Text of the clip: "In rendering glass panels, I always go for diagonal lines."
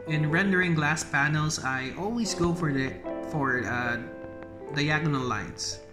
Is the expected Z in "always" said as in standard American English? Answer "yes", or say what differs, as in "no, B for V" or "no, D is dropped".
no, S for Z